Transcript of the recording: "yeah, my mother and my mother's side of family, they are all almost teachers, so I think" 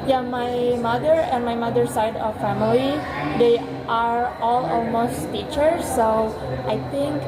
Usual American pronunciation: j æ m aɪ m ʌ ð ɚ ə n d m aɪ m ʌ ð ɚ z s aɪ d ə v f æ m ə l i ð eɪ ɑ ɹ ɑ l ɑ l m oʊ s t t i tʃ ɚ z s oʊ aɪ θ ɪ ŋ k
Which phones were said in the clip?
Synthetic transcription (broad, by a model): j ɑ m aɪ m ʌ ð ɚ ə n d m aɪ m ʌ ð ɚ s aɪ d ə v f æ m ə l i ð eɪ ɑ ɹ ɑ l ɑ l m oʊ s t t i tʃ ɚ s oʊ aɪ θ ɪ ŋ k